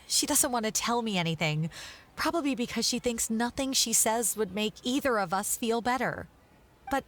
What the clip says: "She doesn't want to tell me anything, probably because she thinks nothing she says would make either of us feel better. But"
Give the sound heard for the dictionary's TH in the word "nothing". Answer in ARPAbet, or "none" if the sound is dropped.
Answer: TH